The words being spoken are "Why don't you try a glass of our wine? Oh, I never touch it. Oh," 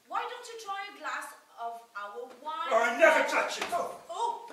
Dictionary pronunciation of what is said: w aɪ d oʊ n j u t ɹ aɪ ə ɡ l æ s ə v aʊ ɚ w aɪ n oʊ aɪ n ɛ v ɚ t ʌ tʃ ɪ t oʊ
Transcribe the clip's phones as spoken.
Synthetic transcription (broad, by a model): w aɪ d oʊ n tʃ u t ɹ aɪ ə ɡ l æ s ə v aʊ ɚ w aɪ ɑ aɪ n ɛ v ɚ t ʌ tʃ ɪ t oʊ